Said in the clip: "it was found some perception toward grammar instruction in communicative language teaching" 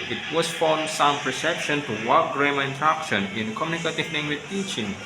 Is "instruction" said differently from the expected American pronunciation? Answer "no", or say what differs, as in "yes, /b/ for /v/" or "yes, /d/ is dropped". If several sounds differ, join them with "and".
yes, /s/ is dropped